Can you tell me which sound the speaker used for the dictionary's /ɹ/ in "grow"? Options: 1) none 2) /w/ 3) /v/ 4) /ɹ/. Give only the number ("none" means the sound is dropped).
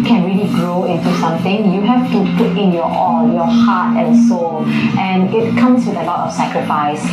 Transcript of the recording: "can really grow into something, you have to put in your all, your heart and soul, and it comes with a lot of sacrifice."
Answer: 4